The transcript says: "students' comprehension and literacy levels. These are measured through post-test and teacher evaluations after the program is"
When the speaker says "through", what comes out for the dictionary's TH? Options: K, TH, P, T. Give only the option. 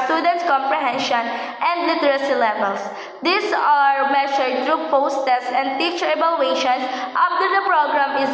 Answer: T